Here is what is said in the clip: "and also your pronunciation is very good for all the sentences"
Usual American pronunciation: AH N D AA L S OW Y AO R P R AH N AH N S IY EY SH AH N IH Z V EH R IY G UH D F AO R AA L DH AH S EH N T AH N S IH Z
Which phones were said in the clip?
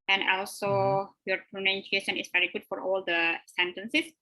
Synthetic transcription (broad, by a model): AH N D AA L S OW Y AO R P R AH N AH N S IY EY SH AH N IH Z V EH R IY G UH D F AO R AA L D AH S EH N T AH N S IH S